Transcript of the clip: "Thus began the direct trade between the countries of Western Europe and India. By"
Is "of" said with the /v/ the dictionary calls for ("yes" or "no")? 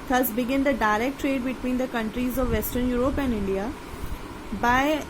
yes